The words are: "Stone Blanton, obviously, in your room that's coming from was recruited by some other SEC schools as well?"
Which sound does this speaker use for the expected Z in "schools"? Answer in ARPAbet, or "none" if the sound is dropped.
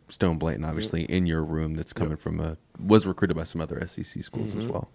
Z